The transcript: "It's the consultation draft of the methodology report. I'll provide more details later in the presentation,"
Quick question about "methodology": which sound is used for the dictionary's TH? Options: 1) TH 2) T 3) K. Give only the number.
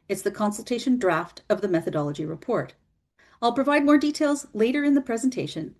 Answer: 1